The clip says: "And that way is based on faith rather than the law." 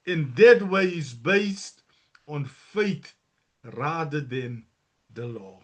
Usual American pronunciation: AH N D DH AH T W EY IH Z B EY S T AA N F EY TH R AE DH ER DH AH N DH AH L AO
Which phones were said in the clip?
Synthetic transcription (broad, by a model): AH N D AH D W EY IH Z B EY S T AA N F EY T R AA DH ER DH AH N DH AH L AO